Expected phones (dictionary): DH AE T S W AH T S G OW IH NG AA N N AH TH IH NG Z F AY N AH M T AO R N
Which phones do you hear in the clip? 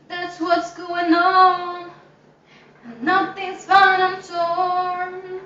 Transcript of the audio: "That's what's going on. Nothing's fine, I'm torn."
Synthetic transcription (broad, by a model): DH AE T S W AH T S G OW IH NG AA N N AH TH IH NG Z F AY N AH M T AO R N